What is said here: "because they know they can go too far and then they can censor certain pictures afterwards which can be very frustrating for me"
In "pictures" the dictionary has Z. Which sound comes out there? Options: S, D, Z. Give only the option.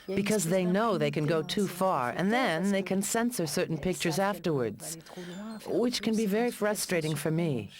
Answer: Z